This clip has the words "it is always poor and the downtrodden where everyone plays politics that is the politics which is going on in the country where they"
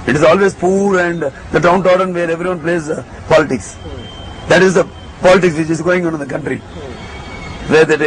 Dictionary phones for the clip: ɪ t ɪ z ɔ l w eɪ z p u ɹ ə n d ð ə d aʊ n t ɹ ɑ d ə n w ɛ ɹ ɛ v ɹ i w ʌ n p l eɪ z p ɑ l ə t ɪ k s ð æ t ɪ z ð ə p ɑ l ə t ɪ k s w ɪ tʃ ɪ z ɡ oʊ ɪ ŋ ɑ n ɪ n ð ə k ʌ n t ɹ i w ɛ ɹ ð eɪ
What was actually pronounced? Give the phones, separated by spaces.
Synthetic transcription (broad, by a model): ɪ t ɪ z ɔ l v eɪ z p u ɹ ə n d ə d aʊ n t ɑ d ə n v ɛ ɹ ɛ v ɹ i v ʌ n p l eɪ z p ɑ l ə t ɪ k s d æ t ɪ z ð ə p ɑ l ə t ɪ k s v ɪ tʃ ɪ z ɡ oʊ ɪ ŋ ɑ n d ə k ʌ n t ɹ i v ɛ ɹ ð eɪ